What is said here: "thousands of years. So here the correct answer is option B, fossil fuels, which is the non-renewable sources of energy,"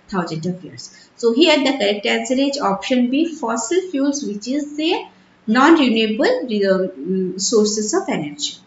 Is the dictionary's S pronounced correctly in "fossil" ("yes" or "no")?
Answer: yes